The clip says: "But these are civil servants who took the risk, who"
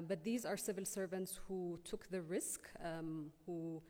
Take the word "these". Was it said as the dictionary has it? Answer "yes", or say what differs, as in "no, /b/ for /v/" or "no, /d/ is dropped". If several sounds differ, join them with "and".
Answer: yes